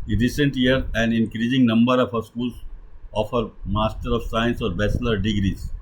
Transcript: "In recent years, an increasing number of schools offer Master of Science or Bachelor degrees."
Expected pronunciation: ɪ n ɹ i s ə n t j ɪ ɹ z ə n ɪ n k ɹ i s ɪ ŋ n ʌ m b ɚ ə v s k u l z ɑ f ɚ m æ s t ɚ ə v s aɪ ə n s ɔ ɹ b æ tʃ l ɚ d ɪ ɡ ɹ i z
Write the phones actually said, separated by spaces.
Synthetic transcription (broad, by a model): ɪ ɹ i s ə n t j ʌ ɹ ə n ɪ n k ɹ i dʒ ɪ ŋ n ʌ m b ɚ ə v s k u l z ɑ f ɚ m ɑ s t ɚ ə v s aɪ ə n s ɔ ɹ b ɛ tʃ l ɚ d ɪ ɡ ɹ i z